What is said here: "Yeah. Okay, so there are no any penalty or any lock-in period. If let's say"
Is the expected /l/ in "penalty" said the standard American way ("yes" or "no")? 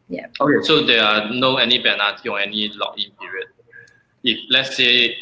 no